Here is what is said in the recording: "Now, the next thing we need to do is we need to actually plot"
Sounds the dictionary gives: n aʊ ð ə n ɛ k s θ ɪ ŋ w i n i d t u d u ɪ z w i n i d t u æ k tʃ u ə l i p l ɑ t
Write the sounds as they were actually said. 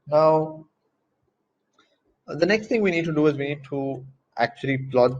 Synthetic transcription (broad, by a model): n aʊ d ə n ɛ k s t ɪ ŋ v i n i d t u d u ɪ z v i n i d t u æ k tʃ u ə l i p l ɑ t